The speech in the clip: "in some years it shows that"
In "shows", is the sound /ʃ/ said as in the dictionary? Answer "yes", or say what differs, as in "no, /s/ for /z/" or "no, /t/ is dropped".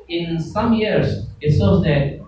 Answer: no, /s/ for /ʃ/